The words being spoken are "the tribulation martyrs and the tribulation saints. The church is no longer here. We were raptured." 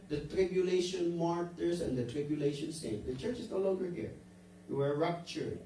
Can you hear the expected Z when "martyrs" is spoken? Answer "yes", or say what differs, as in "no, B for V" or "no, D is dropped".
no, S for Z